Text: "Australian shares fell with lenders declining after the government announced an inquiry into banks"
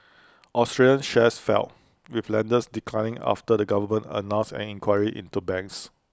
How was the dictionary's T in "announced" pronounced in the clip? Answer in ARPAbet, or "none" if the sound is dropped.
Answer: none